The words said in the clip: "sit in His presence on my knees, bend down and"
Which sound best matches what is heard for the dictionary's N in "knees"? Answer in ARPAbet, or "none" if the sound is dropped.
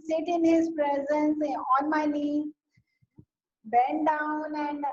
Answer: L